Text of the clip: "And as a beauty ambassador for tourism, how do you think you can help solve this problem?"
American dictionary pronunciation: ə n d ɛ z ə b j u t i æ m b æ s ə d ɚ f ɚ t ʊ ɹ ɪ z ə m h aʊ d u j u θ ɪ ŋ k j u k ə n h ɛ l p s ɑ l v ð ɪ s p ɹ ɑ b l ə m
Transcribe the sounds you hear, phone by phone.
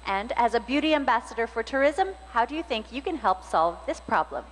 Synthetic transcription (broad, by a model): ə n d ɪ z ə b j u t i æ m b æ s ə d ɚ f ɚ t ʊ ɹ ɪ z ə m h aʊ d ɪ j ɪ θ ɪ ŋ k j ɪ k ə n h ɛ l p s ɑ l v ð ɪ s p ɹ ɑ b l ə m